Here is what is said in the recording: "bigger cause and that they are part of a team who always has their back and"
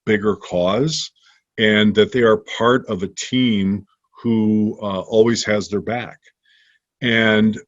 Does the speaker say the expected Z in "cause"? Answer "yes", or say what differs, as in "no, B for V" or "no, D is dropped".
yes